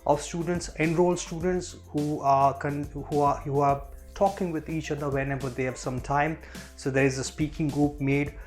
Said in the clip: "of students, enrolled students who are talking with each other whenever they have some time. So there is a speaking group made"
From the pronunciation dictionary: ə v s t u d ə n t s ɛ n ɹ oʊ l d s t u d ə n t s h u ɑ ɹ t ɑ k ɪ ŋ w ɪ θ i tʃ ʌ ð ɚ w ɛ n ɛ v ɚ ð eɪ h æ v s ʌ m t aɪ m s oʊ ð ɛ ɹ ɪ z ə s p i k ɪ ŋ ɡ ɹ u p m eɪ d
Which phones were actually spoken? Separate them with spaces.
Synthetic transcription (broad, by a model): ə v s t u d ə n t s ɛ n ɹ oʊ l s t u d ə n t s h u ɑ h t ɑ k ɪ ŋ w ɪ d i tʃ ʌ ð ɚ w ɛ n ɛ b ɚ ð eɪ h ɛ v s ʌ m t aɪ m s oʊ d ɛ ɹ ɪ z ə s p i k ɪ ŋ ɡ ɹ u p m eɪ d